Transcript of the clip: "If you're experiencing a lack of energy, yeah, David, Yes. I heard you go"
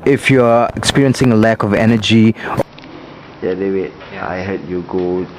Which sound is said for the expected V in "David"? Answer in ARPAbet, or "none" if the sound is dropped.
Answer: W